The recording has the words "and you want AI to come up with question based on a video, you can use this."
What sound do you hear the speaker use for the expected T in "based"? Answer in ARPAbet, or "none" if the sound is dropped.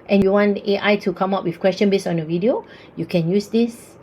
none